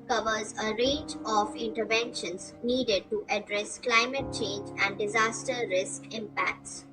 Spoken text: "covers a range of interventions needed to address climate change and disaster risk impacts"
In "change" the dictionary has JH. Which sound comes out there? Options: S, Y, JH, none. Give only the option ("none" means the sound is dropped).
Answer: JH